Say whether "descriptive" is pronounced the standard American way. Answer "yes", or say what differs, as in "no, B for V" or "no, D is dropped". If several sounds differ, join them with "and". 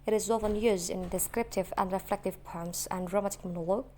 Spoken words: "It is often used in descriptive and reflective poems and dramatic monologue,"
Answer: yes